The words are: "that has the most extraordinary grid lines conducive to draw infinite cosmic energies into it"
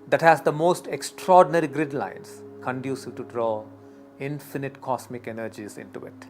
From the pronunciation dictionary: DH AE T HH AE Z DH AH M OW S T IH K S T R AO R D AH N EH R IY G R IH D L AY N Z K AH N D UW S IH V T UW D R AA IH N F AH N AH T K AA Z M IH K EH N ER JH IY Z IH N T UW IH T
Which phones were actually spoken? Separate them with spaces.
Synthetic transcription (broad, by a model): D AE T HH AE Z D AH M OW S T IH K S T R AO R D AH N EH R IY G R IH D L AY N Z K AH N D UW S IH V T UW D R AA IH N F AH N AH T K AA S M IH K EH N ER JH IY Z IH N T UW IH T